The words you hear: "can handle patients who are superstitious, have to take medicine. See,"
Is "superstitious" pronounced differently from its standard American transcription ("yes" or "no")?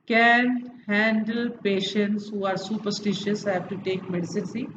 no